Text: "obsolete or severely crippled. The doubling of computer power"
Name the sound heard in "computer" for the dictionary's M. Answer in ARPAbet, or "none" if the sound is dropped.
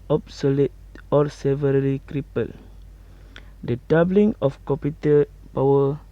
none